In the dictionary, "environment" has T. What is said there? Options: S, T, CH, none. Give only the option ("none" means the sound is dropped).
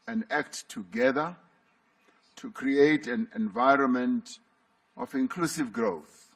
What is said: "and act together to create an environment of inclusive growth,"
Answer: T